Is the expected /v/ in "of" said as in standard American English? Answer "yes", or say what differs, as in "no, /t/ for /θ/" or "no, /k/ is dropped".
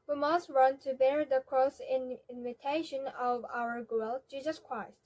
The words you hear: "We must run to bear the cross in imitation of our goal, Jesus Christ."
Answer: yes